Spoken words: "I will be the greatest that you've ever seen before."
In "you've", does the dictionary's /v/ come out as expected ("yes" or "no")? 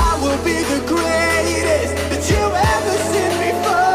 no